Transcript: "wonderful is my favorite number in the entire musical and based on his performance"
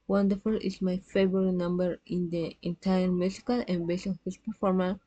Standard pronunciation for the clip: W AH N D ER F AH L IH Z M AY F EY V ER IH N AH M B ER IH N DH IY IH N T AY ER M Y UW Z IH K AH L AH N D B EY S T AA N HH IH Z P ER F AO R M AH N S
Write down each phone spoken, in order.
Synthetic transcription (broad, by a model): W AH N D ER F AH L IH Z M AY F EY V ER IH N AH M B ER IH N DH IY IH N T AY ER M Y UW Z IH K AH L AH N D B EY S AA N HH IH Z P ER F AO R M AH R